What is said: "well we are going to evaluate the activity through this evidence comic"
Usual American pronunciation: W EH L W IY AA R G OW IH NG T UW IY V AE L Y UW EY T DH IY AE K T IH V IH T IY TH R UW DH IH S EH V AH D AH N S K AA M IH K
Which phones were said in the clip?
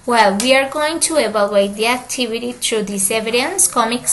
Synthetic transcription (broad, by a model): W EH L W IY AA R G OW IH NG T UW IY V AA L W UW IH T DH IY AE K T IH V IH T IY T R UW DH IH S EH V AH D AH N S K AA M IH K